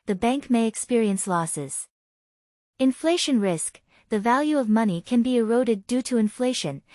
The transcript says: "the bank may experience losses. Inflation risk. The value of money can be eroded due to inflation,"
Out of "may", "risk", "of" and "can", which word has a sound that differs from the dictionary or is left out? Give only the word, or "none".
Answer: none